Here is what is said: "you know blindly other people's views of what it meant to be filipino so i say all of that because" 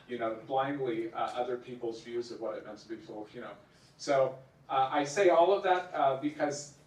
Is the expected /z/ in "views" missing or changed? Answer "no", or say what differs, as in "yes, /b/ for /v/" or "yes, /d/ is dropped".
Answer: no